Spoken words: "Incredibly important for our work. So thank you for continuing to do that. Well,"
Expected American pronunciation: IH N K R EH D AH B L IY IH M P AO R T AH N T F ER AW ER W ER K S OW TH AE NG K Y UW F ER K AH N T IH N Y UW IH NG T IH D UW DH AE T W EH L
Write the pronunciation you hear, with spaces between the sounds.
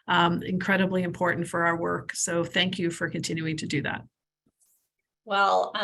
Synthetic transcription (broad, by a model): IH N K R EH D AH B L IY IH M P AO R T N T F ER AW ER W ER K S OW TH AE NG K Y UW F ER K AH N T IH N Y UW IH NG T IH D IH DH AE T W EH L